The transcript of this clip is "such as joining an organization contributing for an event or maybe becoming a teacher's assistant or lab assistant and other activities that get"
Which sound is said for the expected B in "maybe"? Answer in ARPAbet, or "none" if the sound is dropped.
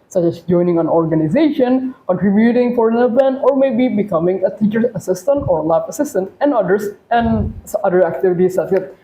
B